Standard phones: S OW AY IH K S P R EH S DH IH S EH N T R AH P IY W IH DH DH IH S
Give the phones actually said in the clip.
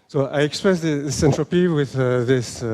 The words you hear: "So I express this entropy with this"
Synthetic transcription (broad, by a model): S OW AY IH K S P R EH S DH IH S EH N T R AH P IY W IH DH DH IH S